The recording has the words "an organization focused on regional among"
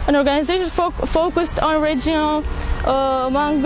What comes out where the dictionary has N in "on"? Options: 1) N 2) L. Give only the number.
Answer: 1